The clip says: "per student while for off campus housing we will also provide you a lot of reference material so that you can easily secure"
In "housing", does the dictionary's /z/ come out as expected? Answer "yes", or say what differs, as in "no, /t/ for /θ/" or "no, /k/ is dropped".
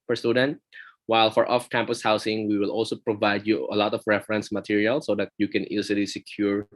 no, /s/ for /z/